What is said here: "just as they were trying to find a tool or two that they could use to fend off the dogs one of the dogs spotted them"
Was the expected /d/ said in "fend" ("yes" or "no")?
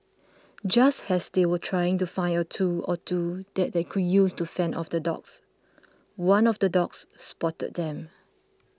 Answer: no